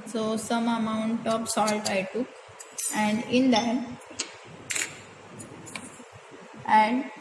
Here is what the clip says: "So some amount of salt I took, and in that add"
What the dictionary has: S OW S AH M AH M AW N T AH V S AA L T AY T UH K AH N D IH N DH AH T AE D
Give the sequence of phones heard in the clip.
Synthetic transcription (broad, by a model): S OW S AH M AH M AW N T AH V S AA L T AY T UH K AH N D IH N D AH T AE D